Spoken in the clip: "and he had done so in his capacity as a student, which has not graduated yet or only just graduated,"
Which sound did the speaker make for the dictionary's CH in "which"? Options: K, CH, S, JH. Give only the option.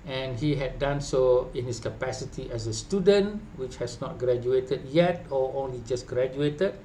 CH